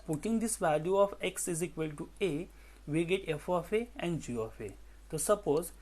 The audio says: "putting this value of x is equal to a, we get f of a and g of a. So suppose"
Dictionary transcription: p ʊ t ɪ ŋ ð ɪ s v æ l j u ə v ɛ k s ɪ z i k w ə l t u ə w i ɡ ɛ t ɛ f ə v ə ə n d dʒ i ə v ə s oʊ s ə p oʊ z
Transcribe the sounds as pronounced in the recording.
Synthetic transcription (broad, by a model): p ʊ t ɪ ŋ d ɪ s v æ l j u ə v ɛ k s ɪ z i k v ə l t u ə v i ɡ ɛ t ɛ f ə f ə ə n d dʒ i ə f ə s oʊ s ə p oʊ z